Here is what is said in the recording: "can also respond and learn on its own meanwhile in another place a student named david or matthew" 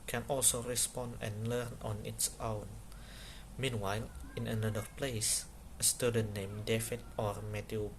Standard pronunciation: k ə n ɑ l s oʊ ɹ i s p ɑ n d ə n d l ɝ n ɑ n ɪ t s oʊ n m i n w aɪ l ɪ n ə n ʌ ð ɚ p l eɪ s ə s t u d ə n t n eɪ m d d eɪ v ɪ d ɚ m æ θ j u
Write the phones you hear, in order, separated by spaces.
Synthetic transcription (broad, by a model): k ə n ɑ l s oʊ ɹ i s p ɑ n d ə n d l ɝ n ɑ n ɪ t s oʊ n m i n w aɪ l ɪ n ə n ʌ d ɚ p l eɪ s ə s t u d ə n n eɪ m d d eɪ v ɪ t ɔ m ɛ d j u